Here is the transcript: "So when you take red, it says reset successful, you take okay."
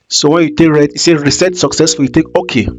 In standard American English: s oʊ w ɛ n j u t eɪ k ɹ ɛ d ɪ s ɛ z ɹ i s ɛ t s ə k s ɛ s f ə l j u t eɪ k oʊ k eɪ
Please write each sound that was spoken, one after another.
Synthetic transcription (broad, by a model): s oʊ w ɛ n j u t eɪ k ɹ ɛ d ɪ s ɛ ɹ i s ɛ t s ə k s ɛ s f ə j u t eɪ k oʊ k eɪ